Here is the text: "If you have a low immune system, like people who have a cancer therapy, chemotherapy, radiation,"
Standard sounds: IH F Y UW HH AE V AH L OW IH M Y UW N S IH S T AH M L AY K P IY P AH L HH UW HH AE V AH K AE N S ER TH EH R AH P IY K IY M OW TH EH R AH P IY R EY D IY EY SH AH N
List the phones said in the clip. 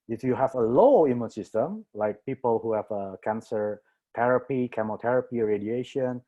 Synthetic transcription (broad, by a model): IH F Y UW HH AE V AH L OW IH M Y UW N S IH S T AH M L AY K P IY P AH L HH UW HH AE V AH K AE N S ER T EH R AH P IY K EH M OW T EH R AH P IY R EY D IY EY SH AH N